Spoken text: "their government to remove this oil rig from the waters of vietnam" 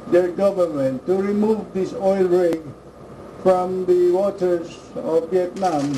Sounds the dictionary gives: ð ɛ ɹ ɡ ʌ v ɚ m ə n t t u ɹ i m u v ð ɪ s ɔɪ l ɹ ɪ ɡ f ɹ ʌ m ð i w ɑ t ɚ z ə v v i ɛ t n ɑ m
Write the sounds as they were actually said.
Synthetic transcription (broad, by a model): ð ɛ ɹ ɡ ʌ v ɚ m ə n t t u ɹ i m u v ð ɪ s ɔɪ l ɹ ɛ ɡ f ɹ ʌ m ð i w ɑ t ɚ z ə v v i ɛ t n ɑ m